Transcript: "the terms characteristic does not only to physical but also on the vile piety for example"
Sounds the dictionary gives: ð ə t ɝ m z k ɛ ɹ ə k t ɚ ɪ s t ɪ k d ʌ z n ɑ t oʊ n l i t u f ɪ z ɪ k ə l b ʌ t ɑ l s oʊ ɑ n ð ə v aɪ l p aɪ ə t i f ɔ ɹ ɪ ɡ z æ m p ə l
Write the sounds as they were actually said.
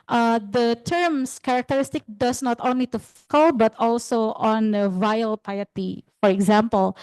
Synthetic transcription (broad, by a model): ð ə t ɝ m s k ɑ ɹ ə k t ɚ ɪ s t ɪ k d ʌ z n ɑ t oʊ n l i t u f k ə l b ʌ t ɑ l s oʊ ɑ n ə v aɪ l p aɪ ə t i f ɔ ɹ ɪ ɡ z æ m p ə l